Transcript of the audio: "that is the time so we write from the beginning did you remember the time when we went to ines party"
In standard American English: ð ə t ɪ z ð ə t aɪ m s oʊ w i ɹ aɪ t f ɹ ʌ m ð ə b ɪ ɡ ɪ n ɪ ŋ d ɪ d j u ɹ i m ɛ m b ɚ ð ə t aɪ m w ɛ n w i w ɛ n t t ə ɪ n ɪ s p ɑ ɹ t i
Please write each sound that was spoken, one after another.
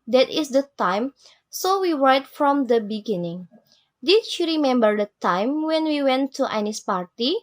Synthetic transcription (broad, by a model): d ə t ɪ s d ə t aɪ m s oʊ w i ɹ aɪ t f ɹ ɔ m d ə b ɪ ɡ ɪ n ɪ ŋ d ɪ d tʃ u ɹ i m ɛ m b ɚ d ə t aɪ m w ɛ n w i w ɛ n t t ə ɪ n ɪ s p ɑ ɹ t i